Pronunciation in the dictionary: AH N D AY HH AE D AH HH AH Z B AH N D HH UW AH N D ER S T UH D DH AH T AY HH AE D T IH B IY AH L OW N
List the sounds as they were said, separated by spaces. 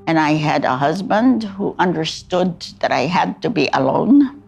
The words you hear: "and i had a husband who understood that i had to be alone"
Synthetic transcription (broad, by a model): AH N AY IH D AH HH AH Z B AH N D HH UW AH N D ER S T UH D DH AH T AY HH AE D T IH B IY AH L OW N